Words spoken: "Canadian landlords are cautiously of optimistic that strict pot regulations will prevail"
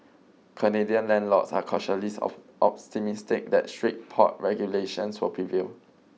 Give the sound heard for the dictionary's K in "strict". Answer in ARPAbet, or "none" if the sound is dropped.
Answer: none